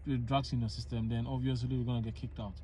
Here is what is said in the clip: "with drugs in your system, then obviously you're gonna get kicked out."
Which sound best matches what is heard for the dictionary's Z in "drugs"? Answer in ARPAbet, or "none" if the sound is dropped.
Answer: S